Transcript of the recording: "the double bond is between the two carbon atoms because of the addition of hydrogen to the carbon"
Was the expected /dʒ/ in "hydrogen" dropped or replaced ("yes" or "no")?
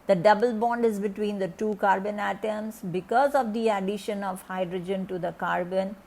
no